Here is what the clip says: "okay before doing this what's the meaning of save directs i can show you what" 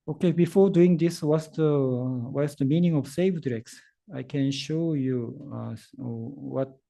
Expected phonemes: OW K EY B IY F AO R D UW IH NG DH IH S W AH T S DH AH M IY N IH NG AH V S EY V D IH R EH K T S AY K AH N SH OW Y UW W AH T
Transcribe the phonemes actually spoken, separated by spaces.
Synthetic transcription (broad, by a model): OW K EY B IY F AO R D UW IH NG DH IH S W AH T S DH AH M IY N IH NG AH V S EY V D R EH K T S AY K AH N SH OW Y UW W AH T